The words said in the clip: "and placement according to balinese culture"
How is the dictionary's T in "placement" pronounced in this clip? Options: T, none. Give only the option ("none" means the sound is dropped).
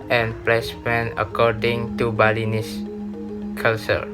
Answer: none